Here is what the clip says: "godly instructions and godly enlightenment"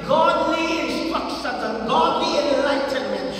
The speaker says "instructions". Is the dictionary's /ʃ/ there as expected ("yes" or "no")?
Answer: no